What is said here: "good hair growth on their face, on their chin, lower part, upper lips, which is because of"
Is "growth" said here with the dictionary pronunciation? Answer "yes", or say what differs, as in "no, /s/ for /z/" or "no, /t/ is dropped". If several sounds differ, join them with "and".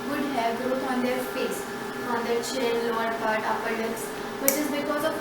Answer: no, /t/ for /θ/